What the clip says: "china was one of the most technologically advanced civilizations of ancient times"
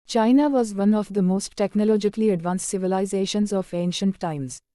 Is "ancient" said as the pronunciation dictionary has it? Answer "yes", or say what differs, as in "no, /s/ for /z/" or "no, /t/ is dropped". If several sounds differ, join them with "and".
yes